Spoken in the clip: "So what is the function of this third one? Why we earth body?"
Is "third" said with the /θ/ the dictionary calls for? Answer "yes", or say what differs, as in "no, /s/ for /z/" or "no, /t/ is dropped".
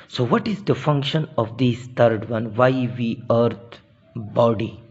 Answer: no, /t/ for /θ/